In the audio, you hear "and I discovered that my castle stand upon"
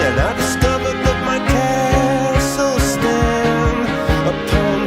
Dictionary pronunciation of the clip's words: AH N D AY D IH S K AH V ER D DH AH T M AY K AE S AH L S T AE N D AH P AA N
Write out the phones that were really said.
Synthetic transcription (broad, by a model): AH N AY D IH S K AH V ER D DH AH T M AY K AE S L S T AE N AH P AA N